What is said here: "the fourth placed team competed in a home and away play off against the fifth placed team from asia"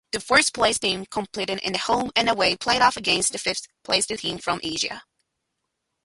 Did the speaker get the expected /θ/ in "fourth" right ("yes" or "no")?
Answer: no